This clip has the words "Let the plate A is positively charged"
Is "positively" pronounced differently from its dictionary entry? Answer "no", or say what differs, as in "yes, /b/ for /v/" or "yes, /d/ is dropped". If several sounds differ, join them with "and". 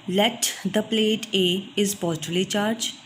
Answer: yes, /v/ is dropped